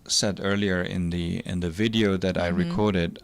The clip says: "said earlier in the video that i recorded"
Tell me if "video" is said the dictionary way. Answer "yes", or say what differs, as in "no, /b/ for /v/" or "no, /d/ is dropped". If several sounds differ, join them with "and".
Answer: yes